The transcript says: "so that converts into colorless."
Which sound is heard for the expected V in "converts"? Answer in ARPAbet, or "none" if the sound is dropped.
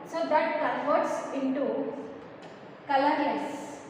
F